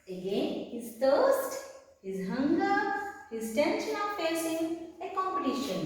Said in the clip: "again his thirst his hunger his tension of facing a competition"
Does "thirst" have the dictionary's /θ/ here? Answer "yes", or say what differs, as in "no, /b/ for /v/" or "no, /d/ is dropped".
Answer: no, /t/ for /θ/